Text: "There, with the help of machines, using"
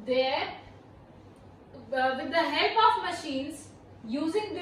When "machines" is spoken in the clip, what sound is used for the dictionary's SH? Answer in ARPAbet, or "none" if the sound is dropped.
SH